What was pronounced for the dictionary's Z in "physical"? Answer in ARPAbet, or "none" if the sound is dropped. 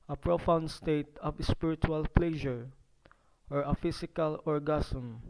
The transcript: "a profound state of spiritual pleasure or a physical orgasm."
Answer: S